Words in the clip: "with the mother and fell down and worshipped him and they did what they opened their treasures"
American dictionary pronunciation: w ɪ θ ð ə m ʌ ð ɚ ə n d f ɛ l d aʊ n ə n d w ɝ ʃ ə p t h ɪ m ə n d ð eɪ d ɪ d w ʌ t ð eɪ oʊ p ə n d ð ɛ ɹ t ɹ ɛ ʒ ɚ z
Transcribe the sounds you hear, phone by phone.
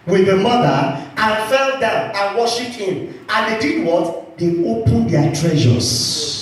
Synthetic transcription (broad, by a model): w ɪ ð ə m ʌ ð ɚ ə n f ɛ l d aʊ n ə n w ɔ ʃ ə p t h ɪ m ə n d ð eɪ d ɪ d w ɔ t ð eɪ oʊ p ə n d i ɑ t ɹ ɛ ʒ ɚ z